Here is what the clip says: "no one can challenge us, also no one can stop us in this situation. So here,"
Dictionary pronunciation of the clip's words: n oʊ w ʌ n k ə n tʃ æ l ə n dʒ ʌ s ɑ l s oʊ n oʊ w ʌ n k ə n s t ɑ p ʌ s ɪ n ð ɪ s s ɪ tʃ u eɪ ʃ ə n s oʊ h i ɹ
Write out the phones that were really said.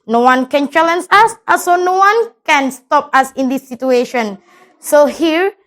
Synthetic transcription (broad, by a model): n oʊ w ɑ n k ə n tʃ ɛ l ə n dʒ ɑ s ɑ s oʊ n oʊ w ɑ n k ə n s t ɑ p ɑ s ɪ n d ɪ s s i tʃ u eɪ ʃ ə n s oʊ h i ɹ